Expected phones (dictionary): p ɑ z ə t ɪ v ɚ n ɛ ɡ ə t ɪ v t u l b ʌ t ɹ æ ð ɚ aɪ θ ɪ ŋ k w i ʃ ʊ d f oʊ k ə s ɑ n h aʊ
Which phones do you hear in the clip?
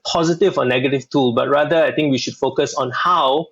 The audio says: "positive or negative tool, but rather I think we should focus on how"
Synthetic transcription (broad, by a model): p ɑ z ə t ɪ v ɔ n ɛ ɡ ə t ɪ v t u l b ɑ t ɹ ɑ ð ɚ aɪ t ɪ ŋ k w i ʃ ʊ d f oʊ k ə s ɑ n h aʊ